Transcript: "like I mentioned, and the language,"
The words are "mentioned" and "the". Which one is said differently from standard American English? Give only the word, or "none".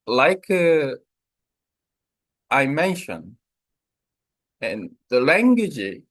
mentioned